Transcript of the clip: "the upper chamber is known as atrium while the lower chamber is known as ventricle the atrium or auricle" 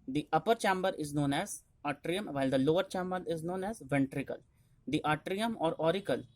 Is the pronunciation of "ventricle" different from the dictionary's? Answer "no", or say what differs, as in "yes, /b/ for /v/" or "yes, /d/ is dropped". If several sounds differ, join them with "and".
no